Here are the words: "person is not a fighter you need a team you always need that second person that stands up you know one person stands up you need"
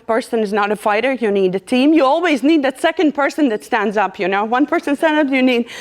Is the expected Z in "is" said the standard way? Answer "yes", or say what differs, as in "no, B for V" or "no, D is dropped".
yes